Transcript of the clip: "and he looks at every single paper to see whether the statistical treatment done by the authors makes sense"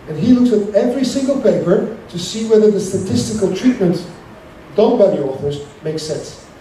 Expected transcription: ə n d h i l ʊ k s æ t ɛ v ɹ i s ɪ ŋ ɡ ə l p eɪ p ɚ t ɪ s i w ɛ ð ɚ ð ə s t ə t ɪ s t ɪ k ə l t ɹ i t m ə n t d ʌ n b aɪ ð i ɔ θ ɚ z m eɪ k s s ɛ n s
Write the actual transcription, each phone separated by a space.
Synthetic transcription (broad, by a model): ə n h i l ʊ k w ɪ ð ɛ v ɹ i s ɪ ŋ ɡ ə l p eɪ p ɚ t ɪ s i w ɛ ð ɚ ð ə s t ə t ɪ s t ɪ k ə l t ɹ i t m ə n t d ʌ n b aɪ ð i ɔ θ ɚ z m eɪ k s s ɛ n s